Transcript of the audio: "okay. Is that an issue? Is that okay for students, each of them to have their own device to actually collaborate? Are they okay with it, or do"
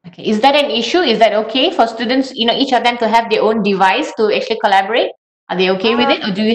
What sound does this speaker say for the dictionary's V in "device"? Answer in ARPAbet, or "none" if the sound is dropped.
V